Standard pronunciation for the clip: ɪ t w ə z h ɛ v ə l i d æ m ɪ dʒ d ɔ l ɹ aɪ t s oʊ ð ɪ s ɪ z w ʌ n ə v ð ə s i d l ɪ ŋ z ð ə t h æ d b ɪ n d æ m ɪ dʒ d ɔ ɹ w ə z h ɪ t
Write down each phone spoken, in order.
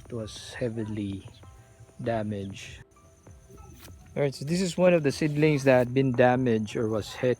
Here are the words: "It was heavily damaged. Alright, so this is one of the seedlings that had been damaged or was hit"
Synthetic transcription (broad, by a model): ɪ t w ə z h ɛ v ə l i d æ m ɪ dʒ ɔ ɹ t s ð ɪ s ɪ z w ʌ n ə v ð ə s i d l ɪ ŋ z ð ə t h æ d b ɪ n d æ m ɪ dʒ ɔ ɹ w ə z h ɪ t